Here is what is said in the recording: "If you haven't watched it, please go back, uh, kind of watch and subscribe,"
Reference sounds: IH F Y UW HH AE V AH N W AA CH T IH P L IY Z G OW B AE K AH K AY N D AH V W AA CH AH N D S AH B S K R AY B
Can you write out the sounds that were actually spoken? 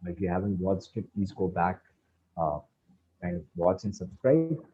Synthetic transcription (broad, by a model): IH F Y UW HH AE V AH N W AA S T IH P IY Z G OW B AE K AH K AY N D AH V W AA CH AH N S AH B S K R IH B